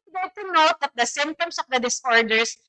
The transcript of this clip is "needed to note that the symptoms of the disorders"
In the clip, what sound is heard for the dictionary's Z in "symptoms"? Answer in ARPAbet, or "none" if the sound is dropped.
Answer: S